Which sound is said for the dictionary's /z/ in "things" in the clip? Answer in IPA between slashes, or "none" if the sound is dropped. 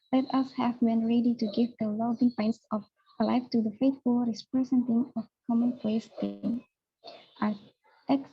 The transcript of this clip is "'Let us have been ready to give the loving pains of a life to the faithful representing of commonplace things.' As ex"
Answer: none